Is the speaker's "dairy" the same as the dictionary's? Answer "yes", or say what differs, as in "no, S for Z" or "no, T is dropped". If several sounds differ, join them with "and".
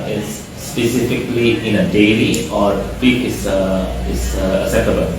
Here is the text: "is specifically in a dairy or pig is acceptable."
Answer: no, L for R